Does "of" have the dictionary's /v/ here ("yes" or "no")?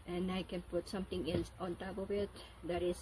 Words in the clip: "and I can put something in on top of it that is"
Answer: no